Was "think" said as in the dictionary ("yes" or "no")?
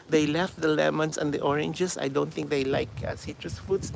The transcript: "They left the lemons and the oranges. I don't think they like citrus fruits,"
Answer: no